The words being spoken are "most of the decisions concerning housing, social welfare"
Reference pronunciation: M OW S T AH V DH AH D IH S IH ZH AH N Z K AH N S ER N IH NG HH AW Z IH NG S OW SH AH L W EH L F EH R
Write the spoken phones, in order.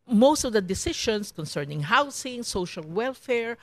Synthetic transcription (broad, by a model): M OW S T AH V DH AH D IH S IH SH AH N S K AH N S ER N IH NG HH AW S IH NG S OW SH AH L W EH L F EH R